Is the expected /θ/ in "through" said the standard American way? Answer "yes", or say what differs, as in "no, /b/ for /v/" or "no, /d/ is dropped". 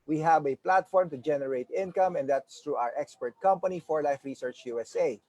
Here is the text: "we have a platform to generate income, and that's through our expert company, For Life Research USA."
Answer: no, /t/ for /θ/